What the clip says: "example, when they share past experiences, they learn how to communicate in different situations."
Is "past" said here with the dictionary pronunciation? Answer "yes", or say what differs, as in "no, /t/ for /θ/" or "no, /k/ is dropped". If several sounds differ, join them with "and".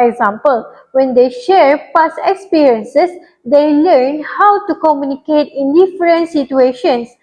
no, /t/ is dropped